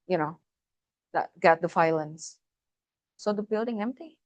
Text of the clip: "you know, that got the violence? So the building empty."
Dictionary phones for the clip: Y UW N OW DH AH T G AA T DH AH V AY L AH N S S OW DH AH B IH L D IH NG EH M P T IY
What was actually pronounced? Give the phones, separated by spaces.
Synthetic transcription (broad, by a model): Y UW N OW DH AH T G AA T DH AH F AY L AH N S S OW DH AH B IH L D IH NG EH M P T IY